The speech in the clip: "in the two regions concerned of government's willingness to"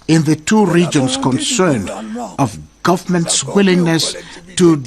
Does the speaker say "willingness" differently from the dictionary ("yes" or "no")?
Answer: no